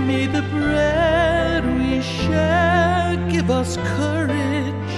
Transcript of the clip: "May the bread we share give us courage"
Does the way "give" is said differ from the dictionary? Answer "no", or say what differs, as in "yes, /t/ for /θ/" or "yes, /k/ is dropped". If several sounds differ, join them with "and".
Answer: no